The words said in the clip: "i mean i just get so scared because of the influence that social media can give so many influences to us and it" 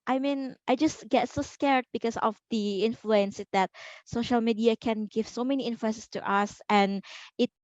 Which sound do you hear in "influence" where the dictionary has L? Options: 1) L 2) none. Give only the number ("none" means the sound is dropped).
1